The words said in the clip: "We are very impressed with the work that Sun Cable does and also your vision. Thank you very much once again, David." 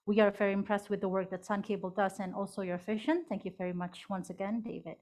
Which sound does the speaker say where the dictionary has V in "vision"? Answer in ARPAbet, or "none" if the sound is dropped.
F